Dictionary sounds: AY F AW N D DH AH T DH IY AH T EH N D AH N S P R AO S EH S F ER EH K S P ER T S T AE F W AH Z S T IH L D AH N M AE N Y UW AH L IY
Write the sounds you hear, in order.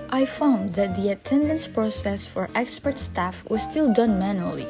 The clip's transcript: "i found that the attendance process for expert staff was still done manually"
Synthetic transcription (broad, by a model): AY F AW N D DH AH T DH IY AH T EH N D AH N S P R AO S EH S F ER EH K S P ER T S T AE F W AH Z S T IH L D AH N M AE N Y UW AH L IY